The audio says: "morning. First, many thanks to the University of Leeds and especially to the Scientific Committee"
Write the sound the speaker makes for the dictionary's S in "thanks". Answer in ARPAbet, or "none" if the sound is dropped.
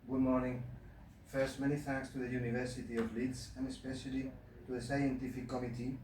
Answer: S